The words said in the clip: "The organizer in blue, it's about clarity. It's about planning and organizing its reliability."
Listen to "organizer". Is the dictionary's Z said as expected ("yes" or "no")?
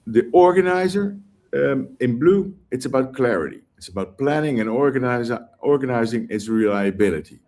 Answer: yes